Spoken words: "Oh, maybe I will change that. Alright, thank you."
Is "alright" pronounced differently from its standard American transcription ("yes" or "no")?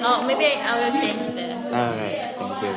yes